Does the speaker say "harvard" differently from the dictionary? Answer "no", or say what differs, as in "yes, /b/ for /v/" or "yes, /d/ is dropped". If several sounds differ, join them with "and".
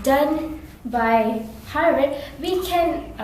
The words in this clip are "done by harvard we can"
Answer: yes, /v/ is dropped